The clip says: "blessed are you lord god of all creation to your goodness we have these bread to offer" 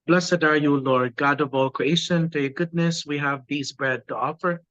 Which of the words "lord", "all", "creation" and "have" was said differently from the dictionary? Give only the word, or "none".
none